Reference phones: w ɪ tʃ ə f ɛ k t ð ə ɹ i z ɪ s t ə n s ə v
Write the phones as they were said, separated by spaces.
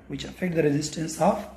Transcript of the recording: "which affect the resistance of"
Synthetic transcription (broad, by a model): w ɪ tʃ ə f ɛ k t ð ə ɹ i z ɪ s t ə n s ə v